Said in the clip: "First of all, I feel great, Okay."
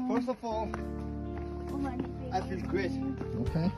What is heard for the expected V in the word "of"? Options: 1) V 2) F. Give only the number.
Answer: 2